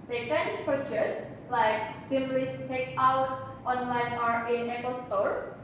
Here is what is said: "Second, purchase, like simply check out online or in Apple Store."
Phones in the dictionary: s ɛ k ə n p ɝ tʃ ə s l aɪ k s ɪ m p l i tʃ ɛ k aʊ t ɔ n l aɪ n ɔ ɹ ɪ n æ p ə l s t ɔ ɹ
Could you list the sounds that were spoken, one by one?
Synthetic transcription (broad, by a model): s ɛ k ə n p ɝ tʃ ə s l aɪ k s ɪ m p l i s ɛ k aʊ t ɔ n l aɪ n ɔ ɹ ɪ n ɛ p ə l s t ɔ ɹ